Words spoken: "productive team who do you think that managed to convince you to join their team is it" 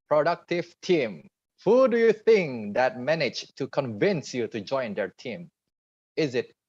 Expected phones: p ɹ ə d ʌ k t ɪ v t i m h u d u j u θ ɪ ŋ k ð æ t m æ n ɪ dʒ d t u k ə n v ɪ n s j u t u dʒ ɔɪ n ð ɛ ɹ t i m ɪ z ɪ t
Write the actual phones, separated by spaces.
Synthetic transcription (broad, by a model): p ɹ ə d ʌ k t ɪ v t i m h u d u j u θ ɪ ŋ k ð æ t m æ n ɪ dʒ t u k ə n v ɪ n s j u t u dʒ ɔɪ n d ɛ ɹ t i m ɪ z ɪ t